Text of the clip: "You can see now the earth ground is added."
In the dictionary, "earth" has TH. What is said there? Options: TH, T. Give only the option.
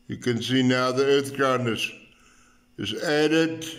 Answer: TH